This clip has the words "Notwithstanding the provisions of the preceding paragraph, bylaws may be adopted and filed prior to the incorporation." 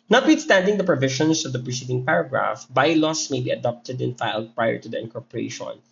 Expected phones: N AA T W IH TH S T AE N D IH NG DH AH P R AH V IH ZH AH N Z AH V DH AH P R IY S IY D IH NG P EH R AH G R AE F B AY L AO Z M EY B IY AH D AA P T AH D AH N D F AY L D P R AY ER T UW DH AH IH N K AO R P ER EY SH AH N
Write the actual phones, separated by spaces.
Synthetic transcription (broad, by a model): N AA T W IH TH S T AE N D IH NG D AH P R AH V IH SH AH N S AH V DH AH P R IY S IY D IH NG P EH R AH G R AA F B AY L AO S M EY B IY AH D AA P T AH D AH N F AY L D P R AY ER T UW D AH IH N K AO R P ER EY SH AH N